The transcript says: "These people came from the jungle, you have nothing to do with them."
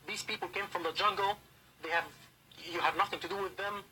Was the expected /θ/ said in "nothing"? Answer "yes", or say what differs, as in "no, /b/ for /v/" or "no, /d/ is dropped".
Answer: yes